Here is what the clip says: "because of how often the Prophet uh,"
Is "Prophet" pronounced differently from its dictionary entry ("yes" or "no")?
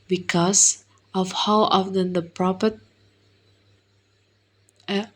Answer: yes